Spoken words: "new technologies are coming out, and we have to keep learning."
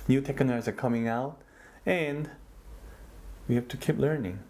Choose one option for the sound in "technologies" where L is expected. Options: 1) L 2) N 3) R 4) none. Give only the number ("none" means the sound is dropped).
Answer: 2